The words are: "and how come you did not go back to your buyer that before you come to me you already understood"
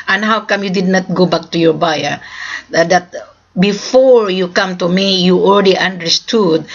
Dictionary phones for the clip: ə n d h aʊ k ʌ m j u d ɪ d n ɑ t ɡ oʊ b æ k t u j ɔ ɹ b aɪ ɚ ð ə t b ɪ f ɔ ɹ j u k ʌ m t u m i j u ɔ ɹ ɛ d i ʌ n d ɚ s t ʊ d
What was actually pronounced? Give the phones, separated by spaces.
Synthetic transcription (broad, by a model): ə n h aʊ k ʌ m j u d ɪ d n ɑ t ɡ oʊ b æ k t u j ɔ ɹ b aɪ ɚ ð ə t b ɪ f ɔ ɹ j u k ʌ m t u m i j u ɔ l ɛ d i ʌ n d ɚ s t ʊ d